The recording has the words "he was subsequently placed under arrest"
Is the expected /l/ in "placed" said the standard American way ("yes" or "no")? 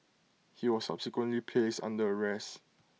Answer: no